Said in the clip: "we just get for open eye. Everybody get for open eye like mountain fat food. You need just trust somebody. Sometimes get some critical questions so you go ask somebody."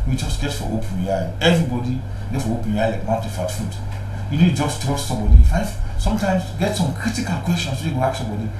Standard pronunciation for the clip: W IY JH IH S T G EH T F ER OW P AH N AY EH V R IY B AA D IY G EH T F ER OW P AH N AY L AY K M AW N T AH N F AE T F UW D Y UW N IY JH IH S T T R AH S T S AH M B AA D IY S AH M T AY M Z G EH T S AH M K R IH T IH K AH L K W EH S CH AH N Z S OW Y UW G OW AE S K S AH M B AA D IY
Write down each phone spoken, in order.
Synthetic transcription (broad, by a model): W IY JH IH S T G EH T F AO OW P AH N AY EH V R IY B AA D IY G EH T F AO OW P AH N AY L AY K M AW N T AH F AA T F UW D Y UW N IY JH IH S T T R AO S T S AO M B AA D IY S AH M T AY M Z G EH T S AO M K R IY T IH K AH L K W EH S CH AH N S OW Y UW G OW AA K S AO M B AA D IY